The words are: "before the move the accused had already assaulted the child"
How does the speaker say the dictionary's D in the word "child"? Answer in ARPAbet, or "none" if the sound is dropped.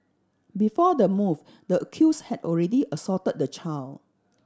none